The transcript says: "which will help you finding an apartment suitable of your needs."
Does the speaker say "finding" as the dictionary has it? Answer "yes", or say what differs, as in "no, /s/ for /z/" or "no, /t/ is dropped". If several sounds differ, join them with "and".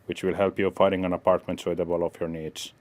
no, /n/ is dropped